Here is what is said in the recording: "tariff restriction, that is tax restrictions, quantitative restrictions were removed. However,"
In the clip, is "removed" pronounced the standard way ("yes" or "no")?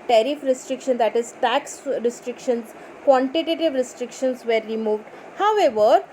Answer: yes